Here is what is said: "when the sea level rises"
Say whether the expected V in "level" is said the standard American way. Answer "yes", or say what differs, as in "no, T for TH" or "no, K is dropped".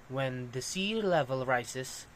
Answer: yes